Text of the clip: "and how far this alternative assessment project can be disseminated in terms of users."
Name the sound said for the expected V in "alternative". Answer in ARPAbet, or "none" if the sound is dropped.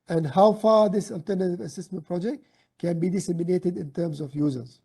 V